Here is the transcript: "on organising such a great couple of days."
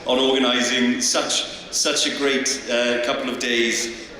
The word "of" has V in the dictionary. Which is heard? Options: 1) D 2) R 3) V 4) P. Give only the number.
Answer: 3